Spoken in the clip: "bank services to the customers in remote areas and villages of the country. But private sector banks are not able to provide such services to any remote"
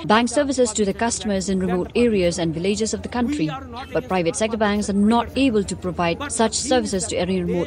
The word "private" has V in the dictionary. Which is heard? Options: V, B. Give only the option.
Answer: V